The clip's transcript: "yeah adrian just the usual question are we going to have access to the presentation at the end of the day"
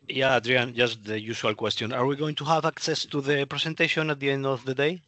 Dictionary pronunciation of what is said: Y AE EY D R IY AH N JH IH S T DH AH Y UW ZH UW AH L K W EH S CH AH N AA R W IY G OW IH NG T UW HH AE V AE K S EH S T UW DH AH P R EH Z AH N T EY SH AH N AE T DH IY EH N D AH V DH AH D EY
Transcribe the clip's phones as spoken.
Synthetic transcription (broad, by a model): Y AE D R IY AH N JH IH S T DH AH Y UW SH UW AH L K W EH S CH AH N AA R W IY G OW IH NG T UW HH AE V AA K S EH S T UW DH AH P R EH S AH N T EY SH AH N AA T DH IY EH N D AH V DH AH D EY